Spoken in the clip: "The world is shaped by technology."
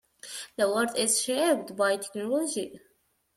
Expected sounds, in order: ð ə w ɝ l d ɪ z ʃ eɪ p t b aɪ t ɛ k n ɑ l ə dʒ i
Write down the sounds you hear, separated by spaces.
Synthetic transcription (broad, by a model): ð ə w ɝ d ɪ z ʃ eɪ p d b aɪ t ɛ k n ɑ l ə dʒ i